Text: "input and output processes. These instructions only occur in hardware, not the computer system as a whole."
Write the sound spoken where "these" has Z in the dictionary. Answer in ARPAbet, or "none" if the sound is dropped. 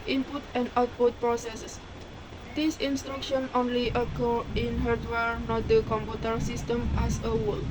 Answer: S